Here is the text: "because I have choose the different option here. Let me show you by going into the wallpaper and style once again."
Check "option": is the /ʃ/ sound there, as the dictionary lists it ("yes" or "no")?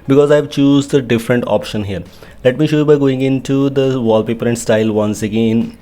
yes